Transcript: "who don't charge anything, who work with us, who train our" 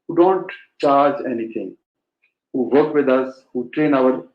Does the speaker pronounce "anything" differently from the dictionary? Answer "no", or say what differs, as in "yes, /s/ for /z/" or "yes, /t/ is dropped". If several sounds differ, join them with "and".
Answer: yes, /t/ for /θ/